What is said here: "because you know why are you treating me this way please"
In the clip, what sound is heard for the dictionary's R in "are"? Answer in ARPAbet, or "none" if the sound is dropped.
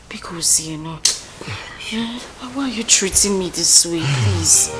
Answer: W